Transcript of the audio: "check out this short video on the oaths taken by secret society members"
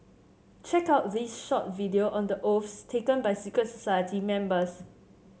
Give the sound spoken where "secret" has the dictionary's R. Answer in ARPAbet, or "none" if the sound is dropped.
none